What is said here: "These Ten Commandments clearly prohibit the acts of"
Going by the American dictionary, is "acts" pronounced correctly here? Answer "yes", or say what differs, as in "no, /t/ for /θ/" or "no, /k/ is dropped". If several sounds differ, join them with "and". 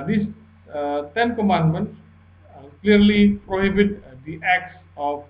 yes